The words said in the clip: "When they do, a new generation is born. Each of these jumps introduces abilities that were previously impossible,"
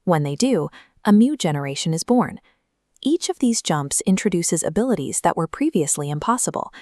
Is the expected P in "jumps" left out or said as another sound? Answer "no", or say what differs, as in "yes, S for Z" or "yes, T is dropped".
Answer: no